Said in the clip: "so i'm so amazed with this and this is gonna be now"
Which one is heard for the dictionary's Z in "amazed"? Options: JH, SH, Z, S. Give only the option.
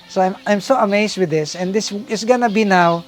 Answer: S